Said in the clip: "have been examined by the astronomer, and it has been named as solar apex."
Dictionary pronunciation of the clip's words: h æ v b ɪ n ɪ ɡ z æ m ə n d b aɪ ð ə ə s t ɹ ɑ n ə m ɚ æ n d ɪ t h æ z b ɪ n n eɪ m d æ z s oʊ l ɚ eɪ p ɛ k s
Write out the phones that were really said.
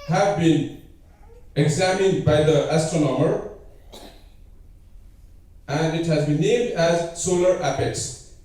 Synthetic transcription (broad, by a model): h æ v b ɪ n ɪ ɡ z æ m ə n d b aɪ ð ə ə s t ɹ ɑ n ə m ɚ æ n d ɪ t h æ z b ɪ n n eɪ m d æ z s oʊ l ɚ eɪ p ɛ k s